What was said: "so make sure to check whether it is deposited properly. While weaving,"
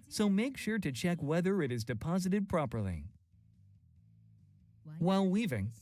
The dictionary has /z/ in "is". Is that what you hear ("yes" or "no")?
yes